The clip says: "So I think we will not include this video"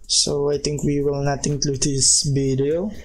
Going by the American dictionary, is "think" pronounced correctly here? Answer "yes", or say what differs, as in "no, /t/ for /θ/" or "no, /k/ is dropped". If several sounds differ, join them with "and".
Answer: no, /t/ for /θ/